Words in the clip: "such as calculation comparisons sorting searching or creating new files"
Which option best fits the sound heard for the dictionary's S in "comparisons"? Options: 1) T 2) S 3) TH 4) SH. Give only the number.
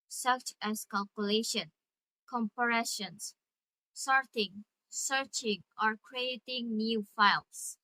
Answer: 4